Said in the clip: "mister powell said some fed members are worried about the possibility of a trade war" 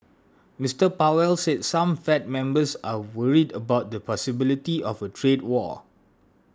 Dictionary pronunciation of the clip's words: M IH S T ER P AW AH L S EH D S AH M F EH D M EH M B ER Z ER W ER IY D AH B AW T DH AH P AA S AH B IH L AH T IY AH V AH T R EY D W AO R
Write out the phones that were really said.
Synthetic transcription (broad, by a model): M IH S T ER P AW AH L S EH D S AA M F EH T M EH M B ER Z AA W ER IY D AH B AW T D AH P AA S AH B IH L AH T IY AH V AH T R EY D W AO